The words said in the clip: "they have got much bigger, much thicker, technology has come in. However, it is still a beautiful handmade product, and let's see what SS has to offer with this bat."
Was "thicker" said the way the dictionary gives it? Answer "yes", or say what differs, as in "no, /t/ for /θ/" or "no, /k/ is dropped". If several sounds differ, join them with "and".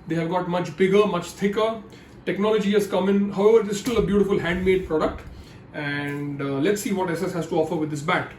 no, /t/ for /θ/